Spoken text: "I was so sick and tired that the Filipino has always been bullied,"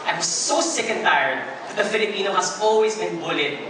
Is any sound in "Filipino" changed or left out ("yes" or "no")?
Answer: no